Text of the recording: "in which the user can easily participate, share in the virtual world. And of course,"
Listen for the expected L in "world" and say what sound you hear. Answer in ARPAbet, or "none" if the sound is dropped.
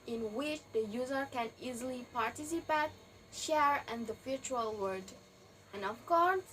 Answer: none